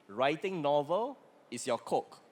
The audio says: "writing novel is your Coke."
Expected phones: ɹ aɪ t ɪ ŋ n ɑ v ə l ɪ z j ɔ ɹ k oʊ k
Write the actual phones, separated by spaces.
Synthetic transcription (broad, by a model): ɹ aɪ t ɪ ŋ n ɑ v ə l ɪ s j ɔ k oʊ k